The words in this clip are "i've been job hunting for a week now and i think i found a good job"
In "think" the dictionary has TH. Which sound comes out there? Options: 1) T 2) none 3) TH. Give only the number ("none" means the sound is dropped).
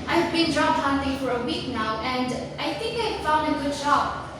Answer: 3